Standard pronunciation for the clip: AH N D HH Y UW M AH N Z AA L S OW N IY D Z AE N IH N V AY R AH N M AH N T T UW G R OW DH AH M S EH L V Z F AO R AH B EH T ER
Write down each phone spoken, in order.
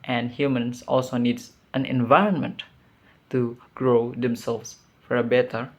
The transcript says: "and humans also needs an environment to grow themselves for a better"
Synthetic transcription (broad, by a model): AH N D HH Y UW M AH N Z AA L S OW N IY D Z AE N IH N V AY R AH N M AH N T T UW G R OW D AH M S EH L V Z F AO R AH B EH T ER